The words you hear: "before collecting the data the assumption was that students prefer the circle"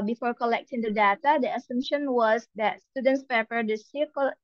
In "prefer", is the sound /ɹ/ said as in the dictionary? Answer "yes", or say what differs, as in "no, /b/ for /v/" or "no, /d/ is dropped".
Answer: no, /ɹ/ is dropped